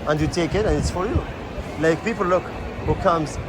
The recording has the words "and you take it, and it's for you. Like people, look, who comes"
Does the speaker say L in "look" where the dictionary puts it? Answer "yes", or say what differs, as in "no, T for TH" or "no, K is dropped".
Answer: yes